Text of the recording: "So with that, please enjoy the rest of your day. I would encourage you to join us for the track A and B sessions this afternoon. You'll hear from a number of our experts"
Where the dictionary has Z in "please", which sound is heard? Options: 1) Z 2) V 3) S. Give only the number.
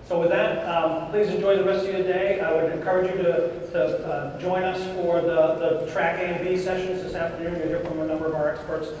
1